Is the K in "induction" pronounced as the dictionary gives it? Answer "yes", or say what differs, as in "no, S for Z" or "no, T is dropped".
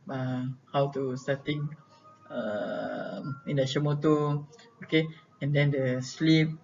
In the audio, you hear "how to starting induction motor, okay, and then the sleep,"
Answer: no, K is dropped